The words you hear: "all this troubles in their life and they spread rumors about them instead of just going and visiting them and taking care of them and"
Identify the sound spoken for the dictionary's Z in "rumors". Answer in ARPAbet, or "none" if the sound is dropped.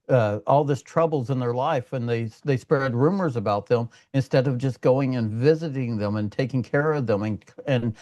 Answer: Z